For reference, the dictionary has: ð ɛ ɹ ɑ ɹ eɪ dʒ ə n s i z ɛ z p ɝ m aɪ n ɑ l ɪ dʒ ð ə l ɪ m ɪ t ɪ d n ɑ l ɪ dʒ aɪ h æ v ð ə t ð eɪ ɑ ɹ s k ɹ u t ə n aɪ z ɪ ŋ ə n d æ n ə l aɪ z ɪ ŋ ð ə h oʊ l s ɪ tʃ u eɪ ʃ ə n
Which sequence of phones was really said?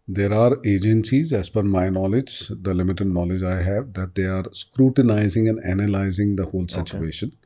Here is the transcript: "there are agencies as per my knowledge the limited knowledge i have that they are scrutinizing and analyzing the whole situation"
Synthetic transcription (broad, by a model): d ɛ ɹ ɑ ɹ eɪ dʒ ə n s i z ɛ z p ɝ m aɪ n ɑ l ɪ dʒ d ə l ɪ m ɪ t ɪ d n ɑ l ɪ dʒ aɪ h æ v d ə t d eɪ ɑ ɹ s k ɹ u t ə n aɪ z ɪ ŋ ə n d æ n ə l aɪ z ɪ ŋ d ə h oʊ l s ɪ tʃ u eɪ ʃ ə n